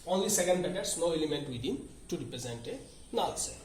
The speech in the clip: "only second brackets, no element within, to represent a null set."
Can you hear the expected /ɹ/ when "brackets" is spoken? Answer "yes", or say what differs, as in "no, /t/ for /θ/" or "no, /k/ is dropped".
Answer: no, /ɹ/ is dropped